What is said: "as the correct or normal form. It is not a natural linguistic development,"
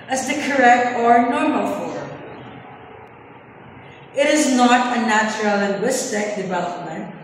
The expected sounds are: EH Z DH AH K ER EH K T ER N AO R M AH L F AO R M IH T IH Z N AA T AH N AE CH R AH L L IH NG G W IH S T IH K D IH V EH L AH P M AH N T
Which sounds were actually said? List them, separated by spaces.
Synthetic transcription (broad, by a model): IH Z DH AH K ER EH K T ER N AO R M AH L F AO R M IH T IH Z N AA T AH N AE CH R AH L L IH NG G W IH S T IH K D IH V EH L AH P M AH N T